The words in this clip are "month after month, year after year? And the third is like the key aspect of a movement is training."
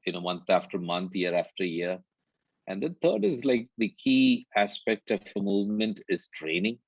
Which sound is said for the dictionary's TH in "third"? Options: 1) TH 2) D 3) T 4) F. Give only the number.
3